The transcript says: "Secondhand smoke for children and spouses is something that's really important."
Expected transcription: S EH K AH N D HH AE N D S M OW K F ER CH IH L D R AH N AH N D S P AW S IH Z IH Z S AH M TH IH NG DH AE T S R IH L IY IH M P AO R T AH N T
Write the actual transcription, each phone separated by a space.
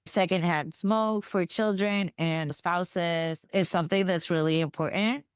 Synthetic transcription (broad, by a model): S EH K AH N D HH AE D S M OW K F ER CH IH L D R AH N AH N S P AW S IH Z IH Z S AH M TH IH NG DH AE T S R IH L IY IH M P AO R T N T